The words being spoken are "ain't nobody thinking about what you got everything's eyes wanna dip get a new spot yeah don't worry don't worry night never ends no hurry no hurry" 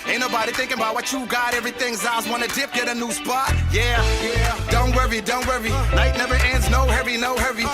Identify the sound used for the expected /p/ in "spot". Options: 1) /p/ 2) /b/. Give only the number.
1